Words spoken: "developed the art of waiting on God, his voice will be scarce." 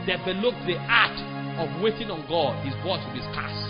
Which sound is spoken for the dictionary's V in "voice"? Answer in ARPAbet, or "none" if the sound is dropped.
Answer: B